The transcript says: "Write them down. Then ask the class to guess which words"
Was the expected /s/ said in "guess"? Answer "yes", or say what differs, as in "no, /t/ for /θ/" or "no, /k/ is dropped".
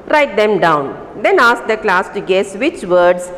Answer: yes